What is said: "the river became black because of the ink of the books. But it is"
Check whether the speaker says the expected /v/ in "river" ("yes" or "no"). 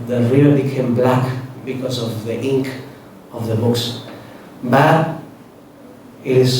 no